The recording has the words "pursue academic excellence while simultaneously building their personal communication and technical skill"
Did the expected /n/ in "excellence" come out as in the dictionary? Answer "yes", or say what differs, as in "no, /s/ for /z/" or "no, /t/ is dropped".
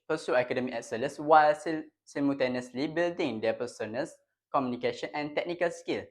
no, /n/ is dropped